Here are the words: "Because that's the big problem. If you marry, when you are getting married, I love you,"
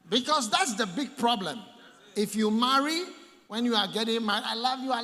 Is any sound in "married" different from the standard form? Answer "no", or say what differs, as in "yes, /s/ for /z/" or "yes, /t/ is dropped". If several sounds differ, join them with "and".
yes, /d/ is dropped